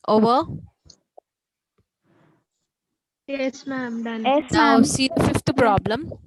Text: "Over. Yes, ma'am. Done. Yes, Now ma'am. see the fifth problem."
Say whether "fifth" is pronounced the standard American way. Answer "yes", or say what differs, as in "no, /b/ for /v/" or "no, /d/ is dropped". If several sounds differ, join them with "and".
no, /t/ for /θ/